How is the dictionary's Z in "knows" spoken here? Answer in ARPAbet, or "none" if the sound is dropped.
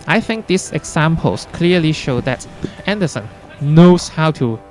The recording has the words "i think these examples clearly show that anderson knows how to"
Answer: S